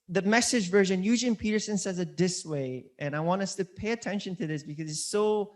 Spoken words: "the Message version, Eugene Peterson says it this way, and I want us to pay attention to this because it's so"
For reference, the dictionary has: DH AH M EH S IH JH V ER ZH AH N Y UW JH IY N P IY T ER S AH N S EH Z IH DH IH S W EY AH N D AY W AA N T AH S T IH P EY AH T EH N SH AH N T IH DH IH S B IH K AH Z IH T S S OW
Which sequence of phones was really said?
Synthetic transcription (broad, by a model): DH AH M EH S IH JH V ER ZH AH N Y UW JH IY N P IY T ER S AH N S EH Z IH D IH S W EY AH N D AY W AA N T AH S T IH P EY AH T EH N SH AH N T IH DH IH S B IH K AH Z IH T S S OW